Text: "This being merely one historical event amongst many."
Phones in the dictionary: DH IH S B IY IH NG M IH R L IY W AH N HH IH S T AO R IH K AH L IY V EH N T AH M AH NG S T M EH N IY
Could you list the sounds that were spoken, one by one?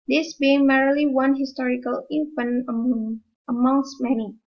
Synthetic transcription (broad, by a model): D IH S B IY IH NG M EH R L IY W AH N HH IH S T AO R IH K AH L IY F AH N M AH M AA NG S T M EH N IY